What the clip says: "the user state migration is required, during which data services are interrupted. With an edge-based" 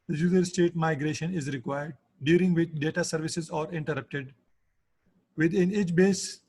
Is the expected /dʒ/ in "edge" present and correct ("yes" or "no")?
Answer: no